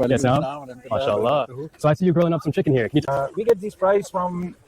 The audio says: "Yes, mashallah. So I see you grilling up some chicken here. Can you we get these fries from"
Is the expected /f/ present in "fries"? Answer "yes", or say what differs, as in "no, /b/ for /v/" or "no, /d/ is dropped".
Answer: no, /p/ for /f/